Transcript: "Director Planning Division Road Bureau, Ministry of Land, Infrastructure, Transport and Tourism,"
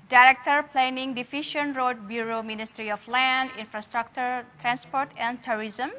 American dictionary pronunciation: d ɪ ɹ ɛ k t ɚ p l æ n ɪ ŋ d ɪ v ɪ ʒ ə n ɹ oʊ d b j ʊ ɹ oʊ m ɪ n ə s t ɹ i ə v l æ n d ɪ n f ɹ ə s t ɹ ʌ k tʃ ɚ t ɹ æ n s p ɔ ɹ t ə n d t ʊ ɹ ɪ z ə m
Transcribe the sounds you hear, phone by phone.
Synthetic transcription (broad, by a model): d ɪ ɹ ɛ k t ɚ p l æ n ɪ ŋ d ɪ f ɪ ʃ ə n ɹ oʊ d b j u ɹ oʊ m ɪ n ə s t ɹ i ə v l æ n d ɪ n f ɹ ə s t ɹ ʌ k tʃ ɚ t ɹ æ n s p ɔ ɹ t ə n d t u ɹ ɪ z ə m